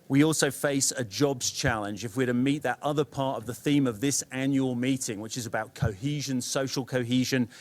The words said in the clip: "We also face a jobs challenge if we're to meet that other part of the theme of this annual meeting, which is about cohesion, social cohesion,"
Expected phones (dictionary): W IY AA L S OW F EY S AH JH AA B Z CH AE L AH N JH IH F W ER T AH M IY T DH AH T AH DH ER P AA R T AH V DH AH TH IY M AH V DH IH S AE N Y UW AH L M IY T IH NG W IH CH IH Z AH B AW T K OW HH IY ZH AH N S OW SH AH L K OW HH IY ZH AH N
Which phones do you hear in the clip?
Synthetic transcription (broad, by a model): W IY AA L S OW F EY S AH JH AA B Z CH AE L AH N JH IH F W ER T AH M IY T DH AH T AH DH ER P AA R T AH V DH AH TH IY M AH V DH IH S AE N Y UW AH L M IY T IH NG W IH CH IH Z AH B AW T K OW HH IY ZH AH N S OW SH AH L K OW HH IY ZH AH N